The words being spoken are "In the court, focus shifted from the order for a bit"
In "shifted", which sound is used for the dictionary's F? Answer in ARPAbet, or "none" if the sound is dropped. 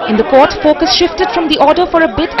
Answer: F